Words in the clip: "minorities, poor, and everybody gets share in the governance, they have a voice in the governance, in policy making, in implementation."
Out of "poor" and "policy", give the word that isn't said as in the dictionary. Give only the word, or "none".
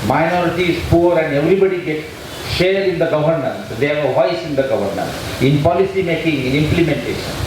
none